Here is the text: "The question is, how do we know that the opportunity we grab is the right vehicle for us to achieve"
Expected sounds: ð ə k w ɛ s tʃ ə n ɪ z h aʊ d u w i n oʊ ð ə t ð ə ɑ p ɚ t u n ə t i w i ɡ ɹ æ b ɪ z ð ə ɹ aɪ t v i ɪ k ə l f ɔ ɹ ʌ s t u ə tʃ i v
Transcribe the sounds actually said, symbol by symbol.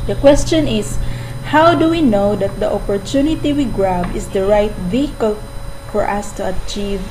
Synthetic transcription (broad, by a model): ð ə k w ɛ s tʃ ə n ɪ s h aʊ d u w i n oʊ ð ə t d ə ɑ p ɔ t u n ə t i w i ɡ ɹ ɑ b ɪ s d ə ɹ aɪ t v i ɪ k ə l f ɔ ɹ ʌ s t u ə tʃ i v